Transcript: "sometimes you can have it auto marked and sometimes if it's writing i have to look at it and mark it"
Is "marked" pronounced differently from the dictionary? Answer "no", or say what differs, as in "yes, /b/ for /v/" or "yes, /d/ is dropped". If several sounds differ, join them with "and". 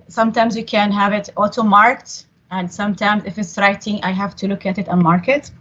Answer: no